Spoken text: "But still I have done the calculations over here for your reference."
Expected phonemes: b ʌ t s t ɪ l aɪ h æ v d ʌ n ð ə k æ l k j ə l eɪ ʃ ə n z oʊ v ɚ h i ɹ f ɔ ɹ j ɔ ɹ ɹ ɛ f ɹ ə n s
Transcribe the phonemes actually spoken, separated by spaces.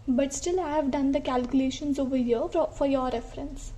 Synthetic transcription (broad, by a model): b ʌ t s t ɪ l aɪ h æ v d ʌ n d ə k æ l k j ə l eɪ ʃ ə n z oʊ v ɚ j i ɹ f ɔ ɹ j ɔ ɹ ɹ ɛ f ɹ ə n s